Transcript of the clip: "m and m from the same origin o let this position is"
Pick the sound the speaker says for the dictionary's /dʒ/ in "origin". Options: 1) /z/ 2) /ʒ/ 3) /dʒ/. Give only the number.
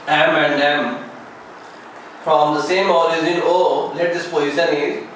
1